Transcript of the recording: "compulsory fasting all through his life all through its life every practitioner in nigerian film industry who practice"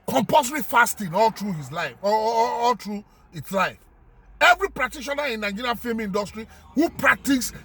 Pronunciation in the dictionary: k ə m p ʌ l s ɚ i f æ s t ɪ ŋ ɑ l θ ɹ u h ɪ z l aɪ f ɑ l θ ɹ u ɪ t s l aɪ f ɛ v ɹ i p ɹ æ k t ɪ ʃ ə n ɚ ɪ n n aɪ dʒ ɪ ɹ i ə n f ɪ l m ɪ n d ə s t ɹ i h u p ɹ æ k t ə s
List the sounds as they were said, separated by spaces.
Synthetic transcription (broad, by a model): k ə m p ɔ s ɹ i f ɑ s t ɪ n ɑ l t ɹ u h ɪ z l aɪ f ɑ l t ɹ u ɪ t s l aɪ f ɛ v ɹ i p ɹ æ k t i ʃ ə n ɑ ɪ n n aɪ dʒ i ɹ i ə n f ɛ m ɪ n d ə s t ɹ i h u p ɹ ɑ k t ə s